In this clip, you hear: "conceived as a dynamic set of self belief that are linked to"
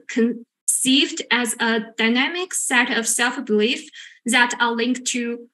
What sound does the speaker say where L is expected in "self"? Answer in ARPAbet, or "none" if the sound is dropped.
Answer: L